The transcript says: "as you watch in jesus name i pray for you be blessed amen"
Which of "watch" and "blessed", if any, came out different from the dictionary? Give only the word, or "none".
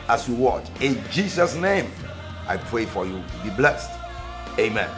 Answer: none